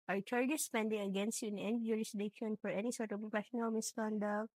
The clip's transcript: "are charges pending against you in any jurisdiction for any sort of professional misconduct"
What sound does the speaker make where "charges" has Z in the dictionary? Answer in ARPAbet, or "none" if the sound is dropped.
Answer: S